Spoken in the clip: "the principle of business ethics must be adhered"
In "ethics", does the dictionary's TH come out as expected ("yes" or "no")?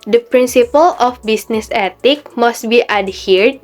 no